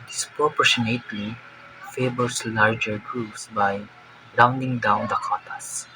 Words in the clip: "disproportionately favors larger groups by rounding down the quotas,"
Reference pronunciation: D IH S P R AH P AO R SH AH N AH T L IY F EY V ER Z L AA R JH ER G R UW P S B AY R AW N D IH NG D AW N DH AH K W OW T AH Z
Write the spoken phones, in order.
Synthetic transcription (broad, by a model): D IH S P R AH P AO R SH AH N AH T L IY F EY B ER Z L AA R JH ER G R UW P S B AY R AW N D IH NG D AW N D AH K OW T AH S